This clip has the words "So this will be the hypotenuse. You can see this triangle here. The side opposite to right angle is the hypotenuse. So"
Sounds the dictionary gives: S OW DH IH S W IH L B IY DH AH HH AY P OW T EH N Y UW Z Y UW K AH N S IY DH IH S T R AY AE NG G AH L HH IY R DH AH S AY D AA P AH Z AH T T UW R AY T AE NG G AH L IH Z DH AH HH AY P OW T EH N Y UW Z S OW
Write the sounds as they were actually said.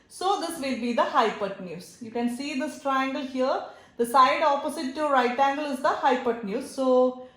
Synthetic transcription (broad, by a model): S OW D IH S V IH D B IY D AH HH AY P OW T N Y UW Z Y UW K AH N S IY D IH S T R AY AE NG G AH L HH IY R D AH S AY D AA P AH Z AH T T UW R AY T AE NG G AH L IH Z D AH HH AY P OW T N Y UW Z S OW